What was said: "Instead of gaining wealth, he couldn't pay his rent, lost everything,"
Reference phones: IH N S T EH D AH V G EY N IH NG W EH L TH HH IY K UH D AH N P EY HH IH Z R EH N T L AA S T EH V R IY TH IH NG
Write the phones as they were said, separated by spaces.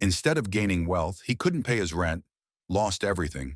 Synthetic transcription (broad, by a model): IH N S T EH D AH V G EY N IH NG W EH L TH HH IY K UH D N P EY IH Z R EH N T L AA S T EH V R IY TH IH NG